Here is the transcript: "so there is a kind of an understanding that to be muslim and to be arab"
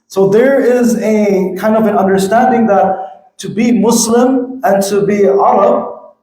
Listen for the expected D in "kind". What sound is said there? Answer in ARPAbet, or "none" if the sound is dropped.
D